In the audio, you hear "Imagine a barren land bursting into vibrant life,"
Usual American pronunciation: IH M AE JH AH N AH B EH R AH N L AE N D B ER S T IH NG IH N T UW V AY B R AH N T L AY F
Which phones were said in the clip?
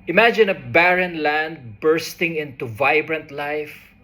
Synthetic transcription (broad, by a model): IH M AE JH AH N AH B EH R AH N L AE N D B ER S T IH NG IH N T UW V AY B R AH N T L AY F